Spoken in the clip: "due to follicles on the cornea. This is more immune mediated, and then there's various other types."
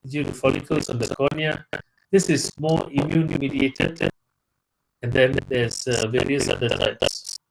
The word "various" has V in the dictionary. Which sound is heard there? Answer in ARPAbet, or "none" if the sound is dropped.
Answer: V